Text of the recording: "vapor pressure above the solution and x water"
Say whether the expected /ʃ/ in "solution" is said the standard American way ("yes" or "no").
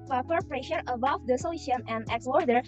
no